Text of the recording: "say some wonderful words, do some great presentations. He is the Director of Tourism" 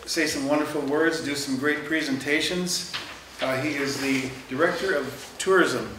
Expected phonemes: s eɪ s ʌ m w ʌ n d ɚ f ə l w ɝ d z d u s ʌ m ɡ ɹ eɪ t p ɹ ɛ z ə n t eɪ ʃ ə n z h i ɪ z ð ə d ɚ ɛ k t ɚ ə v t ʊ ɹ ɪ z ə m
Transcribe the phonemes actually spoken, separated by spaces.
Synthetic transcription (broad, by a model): s eɪ s ʌ m w ʌ n d ɚ f l w ɝ d z d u s ʌ m ɡ ɹ eɪ t p ɹ ɛ z ə n t eɪ ʃ ə n z h i ɪ z ð ə d ɚ ɛ k t ɚ ə v t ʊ ɹ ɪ z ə m